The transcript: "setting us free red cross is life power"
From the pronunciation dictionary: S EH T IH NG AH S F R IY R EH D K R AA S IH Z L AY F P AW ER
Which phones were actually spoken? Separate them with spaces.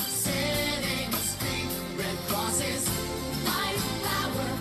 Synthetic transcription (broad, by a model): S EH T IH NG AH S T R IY R EH D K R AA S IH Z N AY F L AW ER